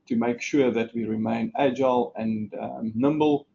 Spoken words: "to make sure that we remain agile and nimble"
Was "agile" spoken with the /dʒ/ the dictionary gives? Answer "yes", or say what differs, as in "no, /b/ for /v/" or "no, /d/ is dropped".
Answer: yes